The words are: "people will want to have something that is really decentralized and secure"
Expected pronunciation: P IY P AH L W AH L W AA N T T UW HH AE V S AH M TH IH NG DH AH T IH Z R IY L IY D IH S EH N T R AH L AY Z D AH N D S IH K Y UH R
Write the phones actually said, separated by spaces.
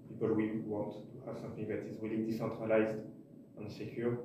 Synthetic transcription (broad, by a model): P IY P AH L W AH W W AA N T T UW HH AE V S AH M F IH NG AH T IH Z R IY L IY D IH S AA N T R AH L AY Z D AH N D S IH K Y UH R